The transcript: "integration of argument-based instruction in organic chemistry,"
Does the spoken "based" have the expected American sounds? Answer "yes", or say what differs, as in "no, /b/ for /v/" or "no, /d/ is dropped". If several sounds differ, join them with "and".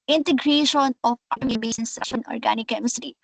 no, /t/ is dropped